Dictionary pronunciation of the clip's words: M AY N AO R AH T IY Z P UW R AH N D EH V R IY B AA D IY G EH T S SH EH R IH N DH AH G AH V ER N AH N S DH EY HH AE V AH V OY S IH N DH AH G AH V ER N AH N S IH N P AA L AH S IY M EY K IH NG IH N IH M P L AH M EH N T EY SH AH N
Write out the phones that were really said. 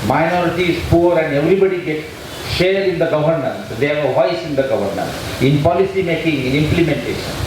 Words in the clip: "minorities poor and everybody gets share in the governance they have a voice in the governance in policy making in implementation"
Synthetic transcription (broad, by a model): M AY N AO R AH T IY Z P UW R AH N D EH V R IY B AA D IY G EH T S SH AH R IH N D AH G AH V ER N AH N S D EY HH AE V AH V OY S IH N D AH G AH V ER N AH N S IH N P AA L AH S IY M EY K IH NG IH N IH M P L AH M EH N T EY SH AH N